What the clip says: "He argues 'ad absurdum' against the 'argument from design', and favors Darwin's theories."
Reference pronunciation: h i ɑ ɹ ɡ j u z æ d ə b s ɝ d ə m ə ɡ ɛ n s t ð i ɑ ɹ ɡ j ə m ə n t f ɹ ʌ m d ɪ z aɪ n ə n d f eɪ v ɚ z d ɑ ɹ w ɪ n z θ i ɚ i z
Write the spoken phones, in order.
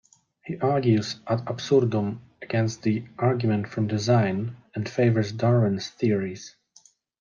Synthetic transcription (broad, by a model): h i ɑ ɹ ɡ j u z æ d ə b s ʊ d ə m ə ɡ ɛ n s t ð i ɑ ɹ ɡ j ə m ə n t f ɹ ʌ m d ɪ z aɪ n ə n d f eɪ v ɚ z d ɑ ɹ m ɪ n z θ i ɚ i z